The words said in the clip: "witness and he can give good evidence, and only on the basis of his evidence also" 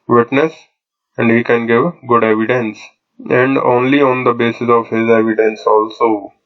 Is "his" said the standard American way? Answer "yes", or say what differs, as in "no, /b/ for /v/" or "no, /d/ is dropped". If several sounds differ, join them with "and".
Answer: yes